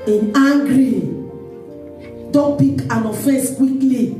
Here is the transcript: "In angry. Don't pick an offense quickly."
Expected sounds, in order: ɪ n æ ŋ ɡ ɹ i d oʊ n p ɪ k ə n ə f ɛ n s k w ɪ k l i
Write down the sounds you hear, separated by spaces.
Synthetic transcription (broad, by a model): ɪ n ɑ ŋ ɡ ɹ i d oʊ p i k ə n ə f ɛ s k w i k l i